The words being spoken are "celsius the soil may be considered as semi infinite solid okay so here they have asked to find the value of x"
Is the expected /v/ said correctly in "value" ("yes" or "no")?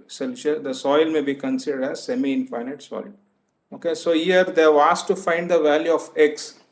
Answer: yes